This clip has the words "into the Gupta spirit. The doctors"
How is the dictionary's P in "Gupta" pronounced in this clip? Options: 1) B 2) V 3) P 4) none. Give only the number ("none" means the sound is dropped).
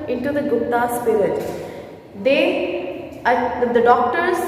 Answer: 4